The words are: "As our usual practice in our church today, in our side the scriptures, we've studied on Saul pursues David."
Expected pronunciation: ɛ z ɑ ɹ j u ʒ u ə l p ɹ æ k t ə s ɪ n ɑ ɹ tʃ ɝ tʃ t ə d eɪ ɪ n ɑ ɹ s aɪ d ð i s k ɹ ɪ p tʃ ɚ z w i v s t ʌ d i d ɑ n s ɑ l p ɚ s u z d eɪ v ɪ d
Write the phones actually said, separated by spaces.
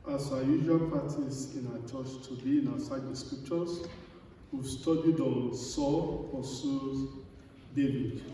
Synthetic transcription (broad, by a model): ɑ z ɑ j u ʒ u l p ɑ t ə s ɪ n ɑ tʃ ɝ tʃ t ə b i ɪ n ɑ s aɪ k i s k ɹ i p tʃ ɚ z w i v s t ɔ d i d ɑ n s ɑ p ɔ s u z d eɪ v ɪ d